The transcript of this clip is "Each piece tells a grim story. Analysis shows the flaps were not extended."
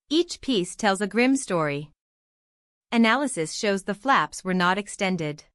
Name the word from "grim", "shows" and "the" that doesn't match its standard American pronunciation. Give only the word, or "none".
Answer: none